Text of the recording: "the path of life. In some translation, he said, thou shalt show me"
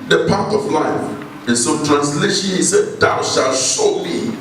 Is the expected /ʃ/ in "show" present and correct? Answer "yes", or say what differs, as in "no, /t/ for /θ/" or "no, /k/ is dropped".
no, /s/ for /ʃ/